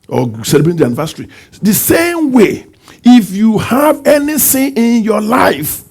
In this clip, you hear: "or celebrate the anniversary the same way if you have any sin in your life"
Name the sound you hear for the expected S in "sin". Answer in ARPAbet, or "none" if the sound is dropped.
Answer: TH